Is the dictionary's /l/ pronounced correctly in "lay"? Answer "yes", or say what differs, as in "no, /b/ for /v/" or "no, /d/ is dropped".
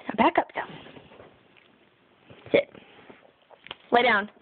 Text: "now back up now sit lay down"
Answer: yes